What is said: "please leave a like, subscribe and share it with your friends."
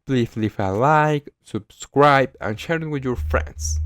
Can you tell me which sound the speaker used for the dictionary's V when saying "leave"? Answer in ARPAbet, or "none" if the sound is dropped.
F